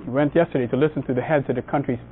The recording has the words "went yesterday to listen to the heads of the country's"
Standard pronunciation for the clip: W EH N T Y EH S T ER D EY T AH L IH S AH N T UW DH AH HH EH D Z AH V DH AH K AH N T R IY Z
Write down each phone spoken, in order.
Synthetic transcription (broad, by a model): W EH N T Y EH S T ER D EY T AH L IH S N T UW DH AH HH EH D Z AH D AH K AH N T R IY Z